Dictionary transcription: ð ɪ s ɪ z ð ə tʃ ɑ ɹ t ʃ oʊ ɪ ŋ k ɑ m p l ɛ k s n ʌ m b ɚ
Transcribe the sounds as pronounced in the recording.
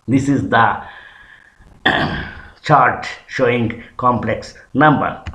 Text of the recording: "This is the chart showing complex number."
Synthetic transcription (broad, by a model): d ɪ s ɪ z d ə tʃ ɑ ɹ t ʃ oʊ ɪ ŋ k ɑ m p l ɛ k s n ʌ m b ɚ